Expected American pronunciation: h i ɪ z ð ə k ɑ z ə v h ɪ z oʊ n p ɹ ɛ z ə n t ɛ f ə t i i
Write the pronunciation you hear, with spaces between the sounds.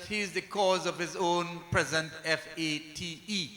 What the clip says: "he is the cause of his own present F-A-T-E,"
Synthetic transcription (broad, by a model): h i ɪ z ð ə k ɑ z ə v h ɪ z oʊ n p ɹ ɛ z ə n t ɛ f ə t i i